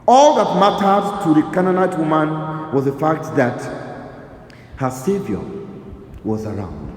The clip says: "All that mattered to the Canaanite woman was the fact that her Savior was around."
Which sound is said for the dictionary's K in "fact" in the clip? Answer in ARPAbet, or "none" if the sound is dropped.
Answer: K